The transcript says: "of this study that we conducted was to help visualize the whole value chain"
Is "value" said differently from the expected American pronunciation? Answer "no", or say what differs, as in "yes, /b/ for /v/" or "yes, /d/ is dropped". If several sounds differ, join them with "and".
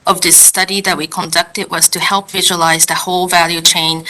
no